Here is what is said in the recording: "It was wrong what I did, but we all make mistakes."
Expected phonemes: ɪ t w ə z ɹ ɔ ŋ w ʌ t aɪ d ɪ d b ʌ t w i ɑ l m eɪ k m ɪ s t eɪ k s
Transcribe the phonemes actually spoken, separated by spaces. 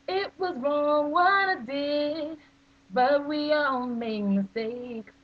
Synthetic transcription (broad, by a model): ɪ t w ə z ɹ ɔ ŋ w ʌ t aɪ d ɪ b ʌ t w i ɑ l m eɪ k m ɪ s t eɪ k